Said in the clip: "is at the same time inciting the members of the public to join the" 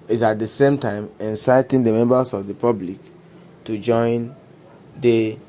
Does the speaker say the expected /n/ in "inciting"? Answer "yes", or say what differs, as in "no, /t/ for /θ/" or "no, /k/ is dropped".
yes